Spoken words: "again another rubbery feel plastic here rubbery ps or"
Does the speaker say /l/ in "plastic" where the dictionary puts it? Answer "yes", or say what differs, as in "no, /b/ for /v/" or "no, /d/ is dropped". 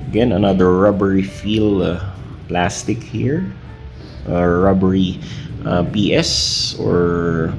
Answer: yes